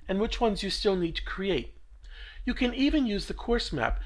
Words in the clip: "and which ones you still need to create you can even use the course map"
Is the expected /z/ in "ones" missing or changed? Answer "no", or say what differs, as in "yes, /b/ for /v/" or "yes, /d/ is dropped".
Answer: no